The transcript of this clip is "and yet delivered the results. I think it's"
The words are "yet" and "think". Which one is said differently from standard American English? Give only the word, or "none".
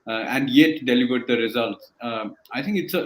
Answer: think